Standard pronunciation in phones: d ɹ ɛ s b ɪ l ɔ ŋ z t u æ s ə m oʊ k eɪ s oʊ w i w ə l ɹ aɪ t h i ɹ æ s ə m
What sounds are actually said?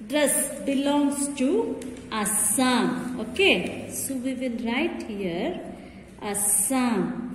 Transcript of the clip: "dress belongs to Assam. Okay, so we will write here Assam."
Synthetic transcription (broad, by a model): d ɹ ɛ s b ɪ l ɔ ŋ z t u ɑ s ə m oʊ k eɪ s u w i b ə n ɹ aɪ t h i ɹ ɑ s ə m